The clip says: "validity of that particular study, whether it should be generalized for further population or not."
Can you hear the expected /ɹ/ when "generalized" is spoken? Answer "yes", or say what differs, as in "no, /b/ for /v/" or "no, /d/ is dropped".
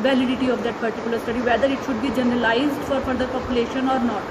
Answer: yes